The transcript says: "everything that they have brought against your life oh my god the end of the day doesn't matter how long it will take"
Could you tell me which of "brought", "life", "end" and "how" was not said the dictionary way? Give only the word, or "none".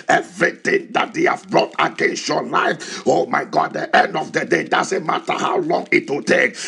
none